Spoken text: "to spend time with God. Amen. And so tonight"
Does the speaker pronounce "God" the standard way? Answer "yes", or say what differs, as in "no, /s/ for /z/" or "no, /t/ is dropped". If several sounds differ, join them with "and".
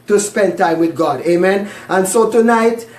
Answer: yes